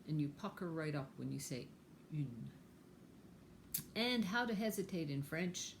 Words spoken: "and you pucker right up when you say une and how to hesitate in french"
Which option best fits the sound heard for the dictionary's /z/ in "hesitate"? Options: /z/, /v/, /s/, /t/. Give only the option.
/z/